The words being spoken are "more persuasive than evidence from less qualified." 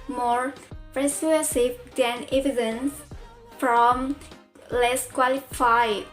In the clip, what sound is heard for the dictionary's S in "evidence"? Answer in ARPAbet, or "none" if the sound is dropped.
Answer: S